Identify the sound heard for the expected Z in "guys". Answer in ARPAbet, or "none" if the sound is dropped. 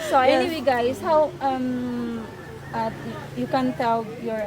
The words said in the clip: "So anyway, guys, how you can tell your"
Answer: S